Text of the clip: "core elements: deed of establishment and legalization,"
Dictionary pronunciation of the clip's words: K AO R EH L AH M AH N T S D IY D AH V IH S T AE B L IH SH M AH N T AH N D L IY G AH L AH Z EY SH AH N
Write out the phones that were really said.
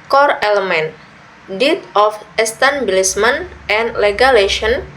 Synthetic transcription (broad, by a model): K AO R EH L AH M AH N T D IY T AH F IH S T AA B L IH S M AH N T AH N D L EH G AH L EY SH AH N